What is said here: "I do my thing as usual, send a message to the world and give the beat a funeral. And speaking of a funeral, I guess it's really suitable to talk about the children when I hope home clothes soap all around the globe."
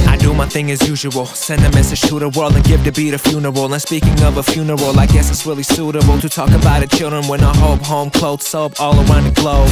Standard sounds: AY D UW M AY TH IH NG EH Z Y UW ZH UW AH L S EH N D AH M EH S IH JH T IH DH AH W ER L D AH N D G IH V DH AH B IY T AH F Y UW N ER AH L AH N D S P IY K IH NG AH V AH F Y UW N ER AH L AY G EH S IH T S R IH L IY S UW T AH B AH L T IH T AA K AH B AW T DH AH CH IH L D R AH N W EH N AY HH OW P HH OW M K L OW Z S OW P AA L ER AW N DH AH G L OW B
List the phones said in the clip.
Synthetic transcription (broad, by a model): AY D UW M AY TH IH NG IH Z Y UW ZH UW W L S EH N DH AH M EH S IH JH T IH DH AH W ER L D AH N G IH V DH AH B IY T AH F Y UW N ER AH L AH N S P IY K IH NG AH V AH F Y UW N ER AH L AY G EH S IH T S R IH L IY S UW T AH B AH L T IH T AA K AH B AW T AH CH IH L D R AH N W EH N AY HH OW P HH OW M K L OW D S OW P AA L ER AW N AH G L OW